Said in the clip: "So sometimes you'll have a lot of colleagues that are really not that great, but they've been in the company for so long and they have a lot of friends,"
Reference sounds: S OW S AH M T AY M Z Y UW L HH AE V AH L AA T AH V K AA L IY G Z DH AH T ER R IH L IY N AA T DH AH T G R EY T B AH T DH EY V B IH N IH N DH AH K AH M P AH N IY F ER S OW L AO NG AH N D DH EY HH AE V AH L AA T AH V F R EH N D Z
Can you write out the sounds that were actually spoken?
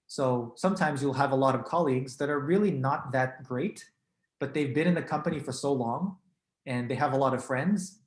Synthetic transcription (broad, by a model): S OW S AH M T AY M Z Y UW L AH V AH L AA T AH V K AA L IY G Z DH AH T ER R IH L IY N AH T DH AH T G R EY T B AH T DH EY V B IH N IH N DH AH K AH M P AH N IY F ER S OW L AO NG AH N DH EY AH V AH L AA T AH V F R EH N D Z